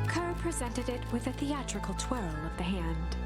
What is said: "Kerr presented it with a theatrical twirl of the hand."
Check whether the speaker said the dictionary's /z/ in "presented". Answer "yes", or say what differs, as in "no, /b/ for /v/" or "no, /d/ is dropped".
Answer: yes